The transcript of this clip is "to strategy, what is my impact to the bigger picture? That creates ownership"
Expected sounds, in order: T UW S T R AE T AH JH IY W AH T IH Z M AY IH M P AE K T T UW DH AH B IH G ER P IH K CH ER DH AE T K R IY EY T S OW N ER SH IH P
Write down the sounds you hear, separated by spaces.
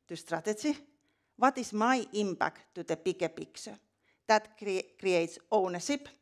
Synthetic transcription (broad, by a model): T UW S T R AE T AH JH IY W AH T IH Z M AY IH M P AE K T T UW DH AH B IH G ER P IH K S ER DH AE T K R IY EY T S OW N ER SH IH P